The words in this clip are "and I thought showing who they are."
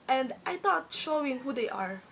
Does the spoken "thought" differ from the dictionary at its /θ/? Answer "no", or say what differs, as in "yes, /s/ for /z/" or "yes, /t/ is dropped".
yes, /t/ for /θ/